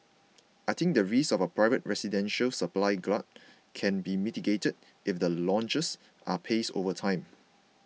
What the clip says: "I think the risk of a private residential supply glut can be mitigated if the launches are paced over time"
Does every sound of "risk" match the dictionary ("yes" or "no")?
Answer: no